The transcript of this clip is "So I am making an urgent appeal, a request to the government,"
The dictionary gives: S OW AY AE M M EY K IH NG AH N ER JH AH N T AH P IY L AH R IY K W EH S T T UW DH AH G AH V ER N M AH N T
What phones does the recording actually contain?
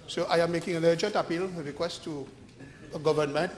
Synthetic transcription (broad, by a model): S OW AY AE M M EY K IH NG AH N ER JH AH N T AH P IY L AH R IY K W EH S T T UW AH G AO V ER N M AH N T